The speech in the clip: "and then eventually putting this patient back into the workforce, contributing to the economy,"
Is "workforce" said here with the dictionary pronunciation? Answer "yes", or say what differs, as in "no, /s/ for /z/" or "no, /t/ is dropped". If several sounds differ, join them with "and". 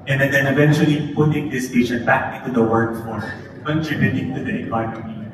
no, /s/ is dropped